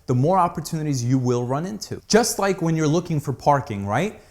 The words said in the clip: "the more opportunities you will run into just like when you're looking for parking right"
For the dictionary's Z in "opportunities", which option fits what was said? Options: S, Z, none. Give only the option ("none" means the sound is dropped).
Z